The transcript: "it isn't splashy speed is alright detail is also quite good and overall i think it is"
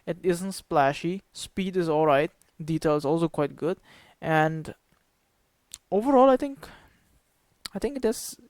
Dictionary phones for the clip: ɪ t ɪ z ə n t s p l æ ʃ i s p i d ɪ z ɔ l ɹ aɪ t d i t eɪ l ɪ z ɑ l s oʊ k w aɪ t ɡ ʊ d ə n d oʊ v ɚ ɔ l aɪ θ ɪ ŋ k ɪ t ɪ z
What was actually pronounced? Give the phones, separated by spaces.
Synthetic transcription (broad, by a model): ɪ t ɪ z ə n t s p l æ ʃ i s p i d ɪ z ɔ l ɹ aɪ t d i t eɪ l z ɑ l s oʊ k w aɪ t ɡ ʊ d ə n d oʊ v ɚ ɔ l aɪ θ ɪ ŋ k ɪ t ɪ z